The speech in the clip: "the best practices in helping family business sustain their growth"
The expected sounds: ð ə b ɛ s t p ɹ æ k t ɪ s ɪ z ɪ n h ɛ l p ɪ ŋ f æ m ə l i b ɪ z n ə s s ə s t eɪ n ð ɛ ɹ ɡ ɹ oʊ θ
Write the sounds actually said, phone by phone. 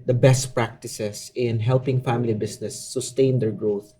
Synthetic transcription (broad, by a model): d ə b ɛ s t p ɹ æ k t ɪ s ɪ s ɪ n h ɛ l p ɪ ŋ f æ m ə l i b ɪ s n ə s s ə s t eɪ n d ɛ ɹ ɡ ɹ oʊ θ